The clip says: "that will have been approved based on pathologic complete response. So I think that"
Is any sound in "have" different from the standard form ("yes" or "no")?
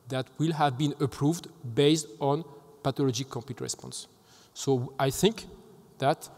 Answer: no